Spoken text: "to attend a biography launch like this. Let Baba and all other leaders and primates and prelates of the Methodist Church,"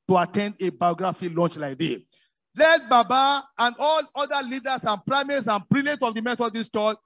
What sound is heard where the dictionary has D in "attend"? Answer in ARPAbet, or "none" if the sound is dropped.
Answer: D